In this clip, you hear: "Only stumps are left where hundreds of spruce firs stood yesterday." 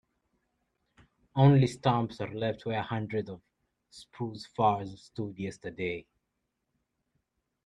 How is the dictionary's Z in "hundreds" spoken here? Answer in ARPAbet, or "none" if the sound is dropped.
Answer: none